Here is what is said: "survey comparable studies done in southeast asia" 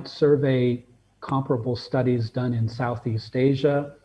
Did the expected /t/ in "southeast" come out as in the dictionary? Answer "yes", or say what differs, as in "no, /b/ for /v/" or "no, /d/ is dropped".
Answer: yes